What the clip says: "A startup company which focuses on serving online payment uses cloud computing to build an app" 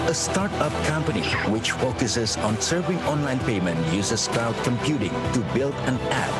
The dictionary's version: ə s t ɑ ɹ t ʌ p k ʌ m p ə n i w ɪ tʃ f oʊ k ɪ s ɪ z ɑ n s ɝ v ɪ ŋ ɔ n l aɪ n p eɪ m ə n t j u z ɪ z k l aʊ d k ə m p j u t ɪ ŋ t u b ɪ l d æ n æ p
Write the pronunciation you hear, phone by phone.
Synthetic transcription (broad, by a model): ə s t ɑ ɹ t ʌ p k ʌ m p ə n i w ɪ tʃ f oʊ k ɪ s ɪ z ɑ n s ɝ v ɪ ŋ ɔ n l aɪ n p eɪ m ə n t j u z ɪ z k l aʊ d k ə m p j u t ɪ ŋ t u b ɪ l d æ n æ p